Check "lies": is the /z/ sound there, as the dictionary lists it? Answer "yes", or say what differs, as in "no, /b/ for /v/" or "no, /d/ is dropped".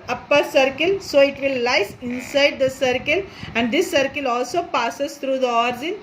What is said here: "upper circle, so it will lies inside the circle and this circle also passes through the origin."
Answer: no, /s/ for /z/